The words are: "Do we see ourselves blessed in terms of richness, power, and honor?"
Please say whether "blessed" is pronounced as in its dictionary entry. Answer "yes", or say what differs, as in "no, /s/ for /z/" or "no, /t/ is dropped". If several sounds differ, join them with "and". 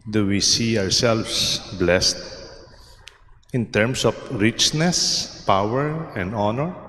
yes